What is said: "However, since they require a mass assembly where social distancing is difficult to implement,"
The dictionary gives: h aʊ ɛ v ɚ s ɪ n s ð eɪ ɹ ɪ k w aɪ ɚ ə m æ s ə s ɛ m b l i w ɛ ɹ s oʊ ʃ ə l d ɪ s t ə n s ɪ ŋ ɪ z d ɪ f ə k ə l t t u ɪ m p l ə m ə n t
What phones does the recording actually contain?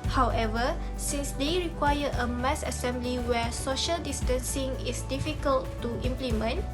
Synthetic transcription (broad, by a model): h aʊ ɛ v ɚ s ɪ n s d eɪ ɹ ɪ k w aɪ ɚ ə m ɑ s ə s ɛ m b l i w ɛ s oʊ ʃ ə l d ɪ s t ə n s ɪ ŋ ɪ s d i f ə k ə l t t u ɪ m p l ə m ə n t